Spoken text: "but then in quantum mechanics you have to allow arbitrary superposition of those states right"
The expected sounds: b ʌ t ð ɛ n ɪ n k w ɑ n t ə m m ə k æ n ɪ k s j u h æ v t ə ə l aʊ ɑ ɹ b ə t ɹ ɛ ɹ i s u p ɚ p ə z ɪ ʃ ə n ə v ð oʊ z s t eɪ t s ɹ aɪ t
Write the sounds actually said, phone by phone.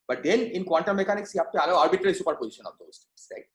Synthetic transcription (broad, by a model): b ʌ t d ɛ n ɪ n k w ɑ n t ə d m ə k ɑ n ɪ k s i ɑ p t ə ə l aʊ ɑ ɹ b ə t ɹ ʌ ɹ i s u p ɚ p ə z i ʃ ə n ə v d oʊ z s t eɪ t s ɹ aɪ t